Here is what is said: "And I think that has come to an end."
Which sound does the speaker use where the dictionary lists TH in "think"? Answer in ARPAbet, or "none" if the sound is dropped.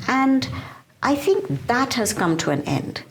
TH